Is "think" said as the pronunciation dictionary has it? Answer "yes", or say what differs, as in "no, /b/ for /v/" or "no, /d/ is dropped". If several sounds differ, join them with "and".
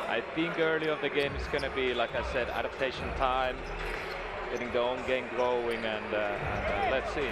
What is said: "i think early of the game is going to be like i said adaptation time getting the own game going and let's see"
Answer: yes